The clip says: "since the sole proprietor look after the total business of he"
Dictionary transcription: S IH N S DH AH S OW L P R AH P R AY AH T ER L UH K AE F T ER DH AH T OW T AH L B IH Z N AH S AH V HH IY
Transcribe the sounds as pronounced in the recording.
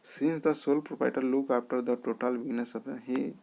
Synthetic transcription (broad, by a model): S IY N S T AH S OW L P R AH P AY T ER L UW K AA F T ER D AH T OW T AH L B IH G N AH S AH P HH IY